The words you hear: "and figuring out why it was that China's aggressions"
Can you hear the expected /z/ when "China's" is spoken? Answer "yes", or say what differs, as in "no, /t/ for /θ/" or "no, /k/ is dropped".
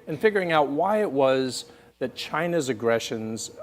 yes